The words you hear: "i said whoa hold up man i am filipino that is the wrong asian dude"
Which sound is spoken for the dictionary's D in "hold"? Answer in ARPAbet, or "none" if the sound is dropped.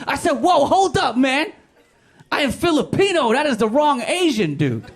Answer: D